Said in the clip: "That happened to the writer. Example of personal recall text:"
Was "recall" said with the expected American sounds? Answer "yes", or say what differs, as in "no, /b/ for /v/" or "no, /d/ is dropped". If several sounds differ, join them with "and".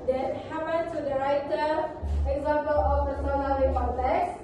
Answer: no, /n/ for /l/